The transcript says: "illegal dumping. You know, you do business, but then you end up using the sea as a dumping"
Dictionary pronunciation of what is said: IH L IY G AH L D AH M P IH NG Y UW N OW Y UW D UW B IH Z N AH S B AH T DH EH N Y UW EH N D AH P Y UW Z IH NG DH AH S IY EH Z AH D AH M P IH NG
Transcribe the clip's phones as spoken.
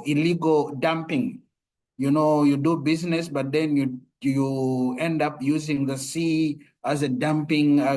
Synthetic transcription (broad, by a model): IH L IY G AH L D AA M P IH NG Y UW N OW Y UW D UW B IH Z N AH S B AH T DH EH N Y UW EH N D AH P Y UW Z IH NG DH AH S IY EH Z AH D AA M P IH NG